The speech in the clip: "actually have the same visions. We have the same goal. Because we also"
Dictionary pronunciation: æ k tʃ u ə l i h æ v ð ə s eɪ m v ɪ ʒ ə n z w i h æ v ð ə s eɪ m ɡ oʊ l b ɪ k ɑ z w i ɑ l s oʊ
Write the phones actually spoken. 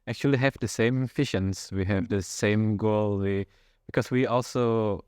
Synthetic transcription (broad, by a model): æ k tʃ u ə l i h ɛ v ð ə s eɪ m f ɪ ʃ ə n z w i h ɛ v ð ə s eɪ m ɡ oʊ l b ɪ k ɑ s w i ɑ l s oʊ